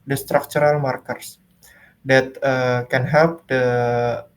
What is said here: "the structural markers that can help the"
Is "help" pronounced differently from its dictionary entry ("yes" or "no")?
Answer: yes